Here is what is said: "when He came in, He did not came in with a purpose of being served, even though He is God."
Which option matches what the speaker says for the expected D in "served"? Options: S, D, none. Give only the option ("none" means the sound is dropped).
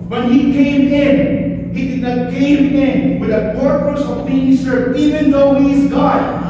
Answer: none